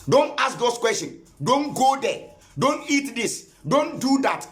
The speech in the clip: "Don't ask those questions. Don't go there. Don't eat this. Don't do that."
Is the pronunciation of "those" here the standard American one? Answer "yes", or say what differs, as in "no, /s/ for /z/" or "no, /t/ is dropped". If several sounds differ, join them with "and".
no, /s/ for /z/